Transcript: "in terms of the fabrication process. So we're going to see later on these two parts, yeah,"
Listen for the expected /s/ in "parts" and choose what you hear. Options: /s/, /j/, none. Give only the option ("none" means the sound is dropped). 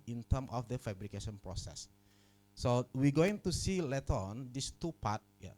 none